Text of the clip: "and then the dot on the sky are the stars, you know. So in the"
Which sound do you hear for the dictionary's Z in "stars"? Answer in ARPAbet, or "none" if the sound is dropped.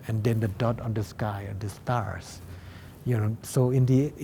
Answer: S